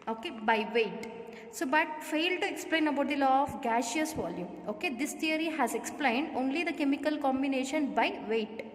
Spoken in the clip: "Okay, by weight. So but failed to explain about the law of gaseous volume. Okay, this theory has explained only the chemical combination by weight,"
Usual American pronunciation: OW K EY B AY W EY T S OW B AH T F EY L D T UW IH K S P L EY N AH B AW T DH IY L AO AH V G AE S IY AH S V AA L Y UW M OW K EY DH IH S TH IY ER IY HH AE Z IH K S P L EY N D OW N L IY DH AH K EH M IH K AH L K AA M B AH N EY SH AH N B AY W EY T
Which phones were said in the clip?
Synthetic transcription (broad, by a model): OW K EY B AY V EY T S OW B AH T F EY L D T UW IH K S P L EY N AH B AW T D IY L AO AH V G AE SH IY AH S V AA L Y UW M OW K EY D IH S T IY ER IY HH AE Z IH K S P L EY N D OW N L IY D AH K EH M IH K AH L K AA M B AH N EY SH AH N B AY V EY T